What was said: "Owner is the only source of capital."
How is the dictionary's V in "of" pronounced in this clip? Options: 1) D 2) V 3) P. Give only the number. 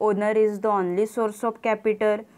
3